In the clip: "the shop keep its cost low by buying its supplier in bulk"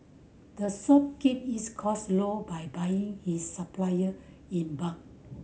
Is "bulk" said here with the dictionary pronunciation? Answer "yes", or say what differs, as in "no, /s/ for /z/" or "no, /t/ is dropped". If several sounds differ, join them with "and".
no, /l/ is dropped